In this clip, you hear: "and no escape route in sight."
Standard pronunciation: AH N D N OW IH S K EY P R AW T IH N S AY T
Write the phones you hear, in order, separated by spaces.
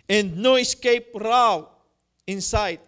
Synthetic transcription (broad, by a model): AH N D N OW IH S K EY P R AW IH N S AY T